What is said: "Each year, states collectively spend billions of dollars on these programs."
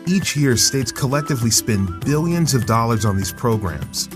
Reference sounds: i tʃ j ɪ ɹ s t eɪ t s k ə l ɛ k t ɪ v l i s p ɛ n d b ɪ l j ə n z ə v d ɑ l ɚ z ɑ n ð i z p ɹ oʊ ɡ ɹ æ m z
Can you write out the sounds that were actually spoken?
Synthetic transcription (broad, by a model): i tʃ j ɪ ɹ s t eɪ t s k ə l ɛ k t ɪ v l i s p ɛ n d b ɪ l j ə n z ə v d ɑ l ɚ z n ð i z p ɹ oʊ ɡ ɹ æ m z